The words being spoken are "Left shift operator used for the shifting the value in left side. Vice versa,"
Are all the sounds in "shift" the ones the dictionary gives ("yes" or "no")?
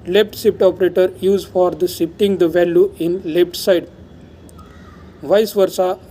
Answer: no